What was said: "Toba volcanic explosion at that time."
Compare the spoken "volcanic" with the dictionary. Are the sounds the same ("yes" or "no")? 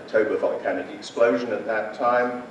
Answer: no